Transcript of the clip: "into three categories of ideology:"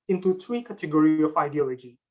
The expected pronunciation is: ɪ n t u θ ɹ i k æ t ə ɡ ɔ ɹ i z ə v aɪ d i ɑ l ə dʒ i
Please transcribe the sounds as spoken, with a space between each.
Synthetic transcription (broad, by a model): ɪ n t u t ɹ i k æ t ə ɡ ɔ ɹ i ə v aɪ d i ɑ l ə dʒ i